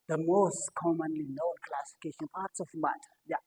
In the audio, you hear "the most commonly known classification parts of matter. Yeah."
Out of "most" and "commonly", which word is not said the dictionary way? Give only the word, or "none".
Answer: none